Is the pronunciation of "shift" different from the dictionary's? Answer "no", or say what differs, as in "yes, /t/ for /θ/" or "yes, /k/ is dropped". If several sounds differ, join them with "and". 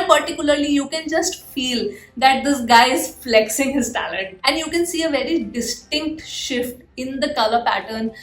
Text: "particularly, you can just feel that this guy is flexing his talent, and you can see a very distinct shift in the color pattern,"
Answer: no